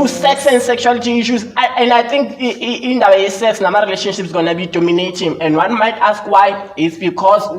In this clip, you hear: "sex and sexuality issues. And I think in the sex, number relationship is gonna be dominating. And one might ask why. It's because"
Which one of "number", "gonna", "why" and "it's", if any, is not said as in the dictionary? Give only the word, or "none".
number